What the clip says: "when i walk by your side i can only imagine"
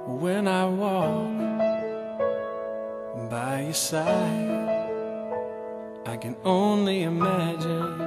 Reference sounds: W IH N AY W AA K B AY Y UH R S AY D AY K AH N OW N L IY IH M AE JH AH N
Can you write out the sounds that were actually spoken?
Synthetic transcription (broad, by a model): W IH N AY W AA K B AY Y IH S AY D AY K AH N OW N L IY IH M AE JH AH N